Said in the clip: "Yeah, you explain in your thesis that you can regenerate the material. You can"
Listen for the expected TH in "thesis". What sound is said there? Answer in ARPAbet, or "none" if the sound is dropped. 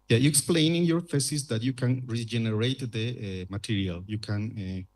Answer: F